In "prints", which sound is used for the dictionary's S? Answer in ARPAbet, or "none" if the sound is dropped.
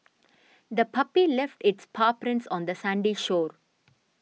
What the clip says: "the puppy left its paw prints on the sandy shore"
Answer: S